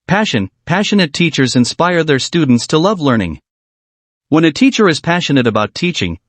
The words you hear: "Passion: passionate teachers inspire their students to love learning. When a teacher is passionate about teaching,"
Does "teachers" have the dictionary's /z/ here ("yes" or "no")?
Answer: yes